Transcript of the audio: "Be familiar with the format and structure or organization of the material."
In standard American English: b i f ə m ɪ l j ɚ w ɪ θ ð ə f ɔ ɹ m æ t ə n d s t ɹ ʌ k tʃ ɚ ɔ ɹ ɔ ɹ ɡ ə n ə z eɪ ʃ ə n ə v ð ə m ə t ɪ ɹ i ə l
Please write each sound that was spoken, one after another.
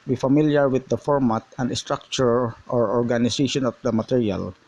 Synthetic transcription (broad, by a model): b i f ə m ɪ l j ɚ w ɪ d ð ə f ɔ ɹ m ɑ t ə n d s t ɹ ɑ k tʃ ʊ ɔ ɹ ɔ ɹ ɡ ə n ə s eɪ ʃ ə n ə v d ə m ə t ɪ ɹ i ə l